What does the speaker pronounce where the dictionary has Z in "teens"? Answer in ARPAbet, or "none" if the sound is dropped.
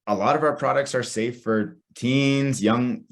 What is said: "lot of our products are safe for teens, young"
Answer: Z